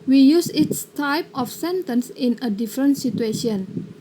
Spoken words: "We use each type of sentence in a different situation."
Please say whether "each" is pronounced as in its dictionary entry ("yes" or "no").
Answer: no